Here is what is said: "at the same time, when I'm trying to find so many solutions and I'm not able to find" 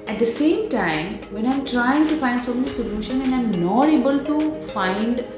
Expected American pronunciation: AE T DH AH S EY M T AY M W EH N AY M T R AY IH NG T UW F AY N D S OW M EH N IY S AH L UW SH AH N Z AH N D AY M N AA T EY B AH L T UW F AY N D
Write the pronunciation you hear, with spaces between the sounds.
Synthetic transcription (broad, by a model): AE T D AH S EY M T AY M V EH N AY M T R AY IH NG T UW F AY N D S OW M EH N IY S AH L UW SH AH N AH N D AY M N AA T EY B AH L T UW F AY N D